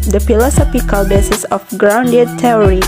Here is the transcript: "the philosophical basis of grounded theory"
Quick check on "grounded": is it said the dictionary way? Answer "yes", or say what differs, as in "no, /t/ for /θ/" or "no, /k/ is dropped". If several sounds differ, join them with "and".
yes